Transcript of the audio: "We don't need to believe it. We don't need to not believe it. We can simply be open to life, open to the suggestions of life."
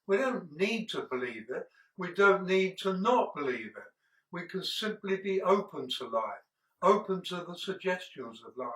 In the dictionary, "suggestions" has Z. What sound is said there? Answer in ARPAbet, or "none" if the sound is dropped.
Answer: Z